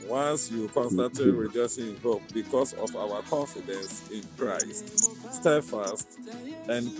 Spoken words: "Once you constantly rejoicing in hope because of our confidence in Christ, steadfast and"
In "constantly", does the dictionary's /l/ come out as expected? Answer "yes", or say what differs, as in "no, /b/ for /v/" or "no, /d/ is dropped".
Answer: no, /l/ is dropped